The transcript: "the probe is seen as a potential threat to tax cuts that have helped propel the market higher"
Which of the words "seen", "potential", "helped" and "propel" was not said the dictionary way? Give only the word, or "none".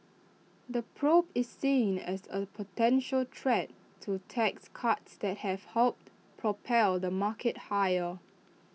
none